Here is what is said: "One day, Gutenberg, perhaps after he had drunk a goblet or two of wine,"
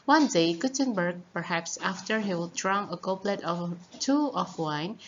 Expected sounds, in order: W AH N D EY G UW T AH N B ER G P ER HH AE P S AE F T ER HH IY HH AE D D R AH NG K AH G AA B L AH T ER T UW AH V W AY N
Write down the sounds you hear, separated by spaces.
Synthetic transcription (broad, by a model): W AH N D EY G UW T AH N B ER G P ER HH AE P S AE F T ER HH IY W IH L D R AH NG AH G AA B L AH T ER T UW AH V W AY N